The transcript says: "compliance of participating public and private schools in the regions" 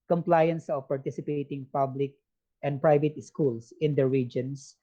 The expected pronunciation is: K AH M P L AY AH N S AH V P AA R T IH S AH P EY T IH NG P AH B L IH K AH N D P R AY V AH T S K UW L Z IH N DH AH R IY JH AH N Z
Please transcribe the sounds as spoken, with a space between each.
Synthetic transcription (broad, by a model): K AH M P L AY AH N S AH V P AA R T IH S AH P EY T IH NG P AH B L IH K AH N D P R AY V AH T S K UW L S IH N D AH R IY JH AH N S